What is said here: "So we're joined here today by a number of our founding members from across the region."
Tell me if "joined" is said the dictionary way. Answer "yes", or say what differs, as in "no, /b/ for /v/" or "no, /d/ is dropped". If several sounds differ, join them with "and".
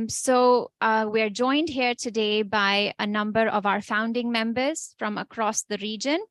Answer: yes